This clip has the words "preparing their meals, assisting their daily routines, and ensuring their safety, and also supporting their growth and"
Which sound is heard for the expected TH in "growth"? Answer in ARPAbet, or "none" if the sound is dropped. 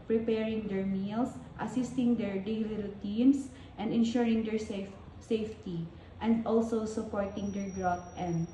T